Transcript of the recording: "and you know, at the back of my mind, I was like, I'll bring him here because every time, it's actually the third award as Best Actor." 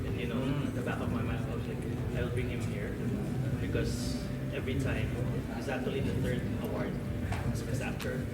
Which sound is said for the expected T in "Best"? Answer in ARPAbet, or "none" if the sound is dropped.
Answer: none